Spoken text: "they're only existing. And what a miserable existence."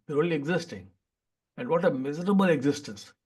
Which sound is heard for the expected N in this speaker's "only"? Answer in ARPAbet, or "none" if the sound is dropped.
none